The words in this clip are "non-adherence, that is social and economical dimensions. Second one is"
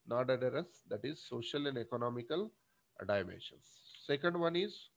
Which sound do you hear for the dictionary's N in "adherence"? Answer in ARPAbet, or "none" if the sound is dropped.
none